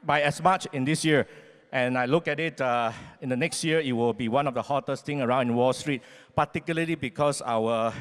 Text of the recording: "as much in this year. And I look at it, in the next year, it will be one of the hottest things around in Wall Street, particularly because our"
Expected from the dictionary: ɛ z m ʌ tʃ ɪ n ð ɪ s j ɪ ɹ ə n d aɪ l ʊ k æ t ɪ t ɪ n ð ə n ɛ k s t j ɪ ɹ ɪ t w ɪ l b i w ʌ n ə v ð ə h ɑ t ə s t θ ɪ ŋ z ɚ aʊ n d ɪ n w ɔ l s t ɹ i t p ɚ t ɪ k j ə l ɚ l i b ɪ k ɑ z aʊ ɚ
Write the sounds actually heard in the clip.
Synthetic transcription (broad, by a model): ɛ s m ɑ tʃ ɪ n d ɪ s j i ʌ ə n aɪ l ʊ k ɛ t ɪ t ɪ n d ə n ɛ k s t j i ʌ ɪ t w ɪ l b i w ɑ n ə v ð ə h ɑ t ə s t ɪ ŋ ɚ aʊ n d ɪ n w ɔ l s t ɹ i t p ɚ t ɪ k j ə l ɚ l i b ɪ k ɑ s aʊ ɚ